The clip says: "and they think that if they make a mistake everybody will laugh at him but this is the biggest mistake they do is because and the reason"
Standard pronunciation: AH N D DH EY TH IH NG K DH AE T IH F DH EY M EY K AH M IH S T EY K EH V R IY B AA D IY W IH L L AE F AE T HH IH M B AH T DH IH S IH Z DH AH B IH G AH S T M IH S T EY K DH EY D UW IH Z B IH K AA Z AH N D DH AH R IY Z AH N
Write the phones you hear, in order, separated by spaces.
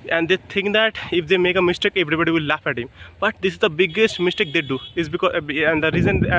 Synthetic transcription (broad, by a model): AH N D EY T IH NG K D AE T IH F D EY M EY K AH M IH S T EY K EH V R IY B AA D IY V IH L L AE F AE T HH IH M B AH T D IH S IH Z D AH B IH G AH S T M IH S T EY K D EY D UW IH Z B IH K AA AH N D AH R IY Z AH N